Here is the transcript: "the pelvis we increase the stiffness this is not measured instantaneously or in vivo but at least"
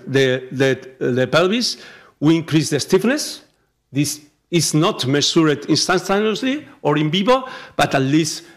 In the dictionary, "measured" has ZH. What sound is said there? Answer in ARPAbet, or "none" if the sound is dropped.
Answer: S